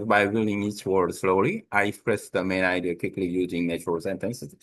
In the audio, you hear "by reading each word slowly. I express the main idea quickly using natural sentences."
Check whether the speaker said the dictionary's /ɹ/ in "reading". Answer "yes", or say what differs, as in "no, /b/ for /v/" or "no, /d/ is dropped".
no, /w/ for /ɹ/